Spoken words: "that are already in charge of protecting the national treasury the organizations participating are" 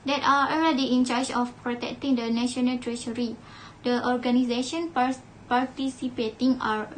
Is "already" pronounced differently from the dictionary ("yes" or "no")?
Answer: yes